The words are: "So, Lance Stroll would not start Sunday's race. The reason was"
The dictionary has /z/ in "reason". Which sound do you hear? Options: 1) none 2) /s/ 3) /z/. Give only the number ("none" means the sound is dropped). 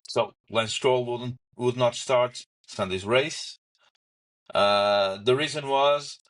3